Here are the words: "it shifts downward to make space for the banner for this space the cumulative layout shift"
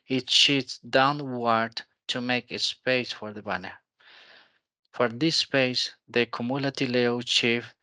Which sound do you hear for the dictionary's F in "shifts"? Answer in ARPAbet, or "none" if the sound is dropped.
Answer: none